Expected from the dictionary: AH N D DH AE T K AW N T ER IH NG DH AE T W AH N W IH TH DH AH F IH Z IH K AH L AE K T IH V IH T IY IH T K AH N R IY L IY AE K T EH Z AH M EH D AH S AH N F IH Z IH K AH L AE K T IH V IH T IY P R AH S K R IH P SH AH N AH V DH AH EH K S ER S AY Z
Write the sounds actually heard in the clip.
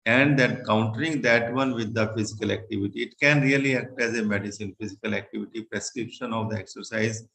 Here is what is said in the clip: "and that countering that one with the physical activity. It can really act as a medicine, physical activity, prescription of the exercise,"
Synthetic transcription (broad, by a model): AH N D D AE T K AW N T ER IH NG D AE T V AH N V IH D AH F IH Z IH K AH L AE K T IH V IH T IY IH T K AH N R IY L IY AE K T EH Z AH M EH D AH S AH N F IH Z IH K AH L AE K T IH V IH T IY P R AH S K R IH P SH AH N AH V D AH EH K S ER S AY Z